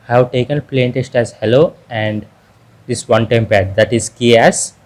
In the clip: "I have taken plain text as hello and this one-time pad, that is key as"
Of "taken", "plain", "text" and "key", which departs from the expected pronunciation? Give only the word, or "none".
text